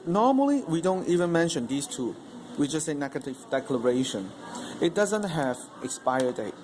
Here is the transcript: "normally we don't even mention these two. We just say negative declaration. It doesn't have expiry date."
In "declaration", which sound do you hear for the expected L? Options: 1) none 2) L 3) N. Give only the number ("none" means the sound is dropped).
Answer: 2